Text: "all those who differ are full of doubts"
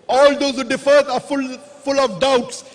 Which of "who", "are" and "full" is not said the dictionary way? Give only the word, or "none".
are